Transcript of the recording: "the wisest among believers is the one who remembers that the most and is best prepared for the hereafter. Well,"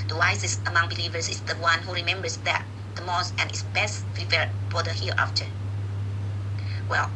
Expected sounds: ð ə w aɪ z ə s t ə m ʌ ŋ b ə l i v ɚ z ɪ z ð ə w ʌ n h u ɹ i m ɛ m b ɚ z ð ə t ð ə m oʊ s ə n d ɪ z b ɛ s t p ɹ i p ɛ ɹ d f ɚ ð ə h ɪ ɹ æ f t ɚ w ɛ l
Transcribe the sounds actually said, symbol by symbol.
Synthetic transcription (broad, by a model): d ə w aɪ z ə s ə m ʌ ŋ b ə l i v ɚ s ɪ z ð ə w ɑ n h u ɹ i m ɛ m b ɚ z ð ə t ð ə m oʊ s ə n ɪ s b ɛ s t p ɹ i f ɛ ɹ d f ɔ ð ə h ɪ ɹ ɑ f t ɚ w ɛ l